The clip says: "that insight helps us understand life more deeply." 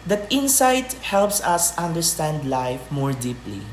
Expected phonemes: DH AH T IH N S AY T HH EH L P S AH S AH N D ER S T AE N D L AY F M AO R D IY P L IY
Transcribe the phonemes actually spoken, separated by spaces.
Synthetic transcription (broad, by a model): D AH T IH N S AY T HH EH L P S AH S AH N D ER S T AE N D L AY F M AO R D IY P L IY